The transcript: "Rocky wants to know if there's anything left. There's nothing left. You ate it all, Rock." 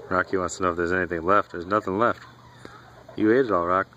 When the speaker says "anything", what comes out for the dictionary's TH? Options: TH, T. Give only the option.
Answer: TH